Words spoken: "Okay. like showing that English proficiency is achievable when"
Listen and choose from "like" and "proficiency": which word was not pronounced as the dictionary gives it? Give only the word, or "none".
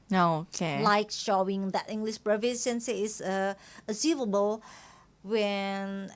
proficiency